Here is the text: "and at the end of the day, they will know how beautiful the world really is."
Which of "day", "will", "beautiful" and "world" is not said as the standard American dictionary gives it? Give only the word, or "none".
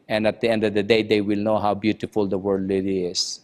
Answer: world